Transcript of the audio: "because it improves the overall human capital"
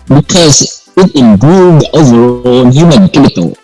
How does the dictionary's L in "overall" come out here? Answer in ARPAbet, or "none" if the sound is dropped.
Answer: N